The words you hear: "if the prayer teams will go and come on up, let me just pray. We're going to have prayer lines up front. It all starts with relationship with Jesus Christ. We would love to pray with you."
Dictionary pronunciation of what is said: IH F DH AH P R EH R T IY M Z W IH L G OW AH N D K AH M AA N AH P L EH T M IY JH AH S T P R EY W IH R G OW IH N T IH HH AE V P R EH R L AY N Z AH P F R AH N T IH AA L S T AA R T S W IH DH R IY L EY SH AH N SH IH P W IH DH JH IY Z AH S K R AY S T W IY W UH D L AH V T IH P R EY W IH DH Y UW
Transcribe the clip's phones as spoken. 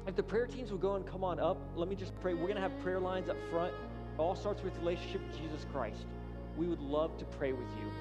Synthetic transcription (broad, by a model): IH F DH AH P R EH R T IY M Z W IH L G OW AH N K AH M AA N AH P L EH T M IY JH AH S P R EY W IH R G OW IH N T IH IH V P R EH R L AY N Z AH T F R AH N T AA L S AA R T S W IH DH R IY L EY SH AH N SH IH P W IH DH JH IY Z AH S K R AY S T W IY W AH D L AH V T IH P R EY W IH DH Y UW